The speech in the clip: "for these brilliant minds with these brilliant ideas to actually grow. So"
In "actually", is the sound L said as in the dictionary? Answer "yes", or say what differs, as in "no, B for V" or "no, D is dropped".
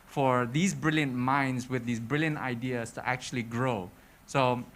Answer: yes